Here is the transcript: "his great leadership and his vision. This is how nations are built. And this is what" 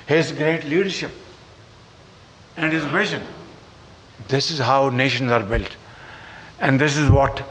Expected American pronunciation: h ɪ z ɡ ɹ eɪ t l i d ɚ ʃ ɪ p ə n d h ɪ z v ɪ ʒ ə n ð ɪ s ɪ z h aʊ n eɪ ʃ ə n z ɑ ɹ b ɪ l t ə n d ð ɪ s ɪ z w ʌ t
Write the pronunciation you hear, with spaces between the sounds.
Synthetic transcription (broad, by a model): h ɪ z ɡ ɹ eɪ t l i d ɚ ʃ ɪ p ə n d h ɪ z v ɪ ʃ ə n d ɪ s ɪ z h aʊ n eɪ ʃ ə n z ɑ ɹ b ɪ l t ə n d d ɪ s ɪ z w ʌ t